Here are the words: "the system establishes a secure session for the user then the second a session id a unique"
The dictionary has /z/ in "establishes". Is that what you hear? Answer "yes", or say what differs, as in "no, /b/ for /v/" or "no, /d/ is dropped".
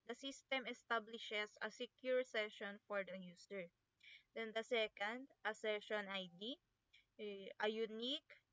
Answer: no, /s/ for /z/